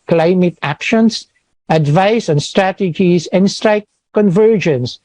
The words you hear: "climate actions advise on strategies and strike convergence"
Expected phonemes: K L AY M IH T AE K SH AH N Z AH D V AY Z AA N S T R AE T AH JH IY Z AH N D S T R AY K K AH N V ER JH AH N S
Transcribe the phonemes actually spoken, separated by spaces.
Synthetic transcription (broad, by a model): K L AY M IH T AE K SH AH N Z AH D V AY S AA N S T R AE T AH JH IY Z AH N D S T R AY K K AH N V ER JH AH N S